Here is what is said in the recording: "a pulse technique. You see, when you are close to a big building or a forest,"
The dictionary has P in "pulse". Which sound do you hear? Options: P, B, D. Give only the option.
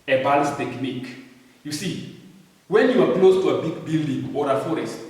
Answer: B